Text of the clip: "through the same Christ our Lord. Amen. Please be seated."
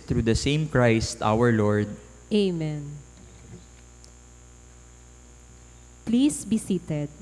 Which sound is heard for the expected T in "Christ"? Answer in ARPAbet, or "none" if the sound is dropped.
T